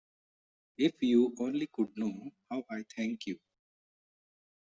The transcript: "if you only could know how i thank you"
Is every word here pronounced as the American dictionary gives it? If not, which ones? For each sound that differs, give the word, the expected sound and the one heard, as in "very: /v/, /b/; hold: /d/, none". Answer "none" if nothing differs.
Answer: thank: /θ/, /t/